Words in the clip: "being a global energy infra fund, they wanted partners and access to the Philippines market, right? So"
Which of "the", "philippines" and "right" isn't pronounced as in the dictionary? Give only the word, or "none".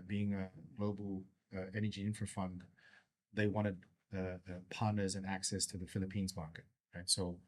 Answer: none